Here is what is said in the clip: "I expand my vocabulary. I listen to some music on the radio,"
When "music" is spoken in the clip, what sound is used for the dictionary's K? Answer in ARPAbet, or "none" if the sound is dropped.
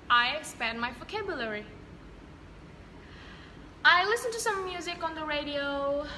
K